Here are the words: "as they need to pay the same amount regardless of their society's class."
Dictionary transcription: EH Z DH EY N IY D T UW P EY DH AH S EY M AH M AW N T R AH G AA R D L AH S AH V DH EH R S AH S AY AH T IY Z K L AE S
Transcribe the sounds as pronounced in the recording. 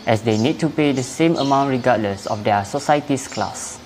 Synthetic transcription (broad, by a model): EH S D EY N IY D T UW P EY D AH S EY M AH M AW N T R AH G AA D L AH S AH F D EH S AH S AY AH T IY S K L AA S